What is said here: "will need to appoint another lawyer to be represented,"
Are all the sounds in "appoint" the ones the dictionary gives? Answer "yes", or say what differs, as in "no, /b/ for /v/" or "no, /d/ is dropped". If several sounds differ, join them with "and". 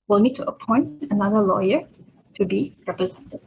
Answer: yes